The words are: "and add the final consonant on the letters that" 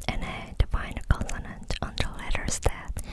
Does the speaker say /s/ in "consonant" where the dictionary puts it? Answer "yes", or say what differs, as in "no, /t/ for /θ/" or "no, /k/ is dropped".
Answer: no, /s/ is dropped